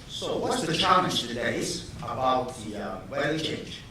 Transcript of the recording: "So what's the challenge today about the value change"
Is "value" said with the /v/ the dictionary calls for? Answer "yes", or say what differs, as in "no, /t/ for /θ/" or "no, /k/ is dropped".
no, /w/ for /v/